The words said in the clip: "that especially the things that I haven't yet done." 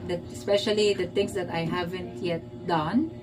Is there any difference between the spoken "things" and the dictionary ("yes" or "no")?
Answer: yes